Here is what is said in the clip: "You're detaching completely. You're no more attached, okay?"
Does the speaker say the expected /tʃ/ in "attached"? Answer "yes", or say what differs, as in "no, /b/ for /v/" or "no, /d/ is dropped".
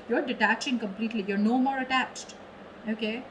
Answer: yes